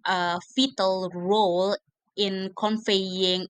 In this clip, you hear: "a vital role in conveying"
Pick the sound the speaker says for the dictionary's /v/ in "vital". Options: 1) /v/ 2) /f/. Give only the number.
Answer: 2